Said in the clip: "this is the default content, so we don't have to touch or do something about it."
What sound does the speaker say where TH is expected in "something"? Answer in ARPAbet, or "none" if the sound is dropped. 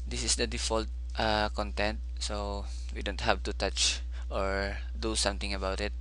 T